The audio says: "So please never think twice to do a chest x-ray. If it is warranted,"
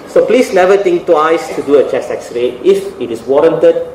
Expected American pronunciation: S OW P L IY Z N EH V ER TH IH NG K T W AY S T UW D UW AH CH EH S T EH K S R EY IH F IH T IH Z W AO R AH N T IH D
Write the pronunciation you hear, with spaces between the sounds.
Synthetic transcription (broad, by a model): S OW P L IY S N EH V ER T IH NG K T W AY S T UW D UW AH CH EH S EH K S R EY IH F IH T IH S W AO R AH N T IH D